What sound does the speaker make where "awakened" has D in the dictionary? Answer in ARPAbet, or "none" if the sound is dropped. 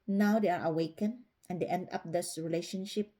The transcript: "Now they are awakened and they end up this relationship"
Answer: none